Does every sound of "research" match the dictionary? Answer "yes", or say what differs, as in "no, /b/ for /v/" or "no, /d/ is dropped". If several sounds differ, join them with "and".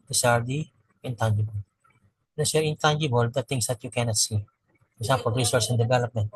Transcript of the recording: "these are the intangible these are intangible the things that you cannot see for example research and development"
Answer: no, /s/ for /tʃ/